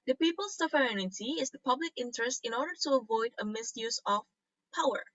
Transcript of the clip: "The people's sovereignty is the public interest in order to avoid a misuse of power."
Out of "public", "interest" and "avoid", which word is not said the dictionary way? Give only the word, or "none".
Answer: none